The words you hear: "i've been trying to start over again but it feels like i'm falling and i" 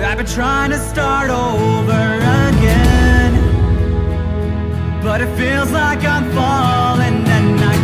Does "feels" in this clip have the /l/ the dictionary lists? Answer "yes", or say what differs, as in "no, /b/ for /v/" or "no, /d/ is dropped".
yes